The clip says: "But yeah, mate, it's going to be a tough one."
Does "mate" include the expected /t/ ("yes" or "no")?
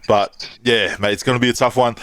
no